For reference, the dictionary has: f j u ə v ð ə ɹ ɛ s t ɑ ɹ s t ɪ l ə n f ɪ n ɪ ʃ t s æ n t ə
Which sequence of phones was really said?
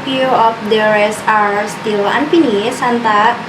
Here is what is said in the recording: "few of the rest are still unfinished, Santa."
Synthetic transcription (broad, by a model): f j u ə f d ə ɹ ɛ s ɑ ɹ s t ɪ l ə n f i n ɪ s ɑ n t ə